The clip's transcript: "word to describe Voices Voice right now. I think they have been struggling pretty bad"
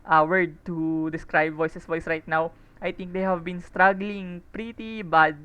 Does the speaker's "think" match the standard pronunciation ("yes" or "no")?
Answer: no